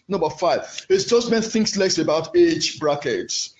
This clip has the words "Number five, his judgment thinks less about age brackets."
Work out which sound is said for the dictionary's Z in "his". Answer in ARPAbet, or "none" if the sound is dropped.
S